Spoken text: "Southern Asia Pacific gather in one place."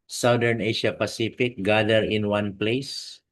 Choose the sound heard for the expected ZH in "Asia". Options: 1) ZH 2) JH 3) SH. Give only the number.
3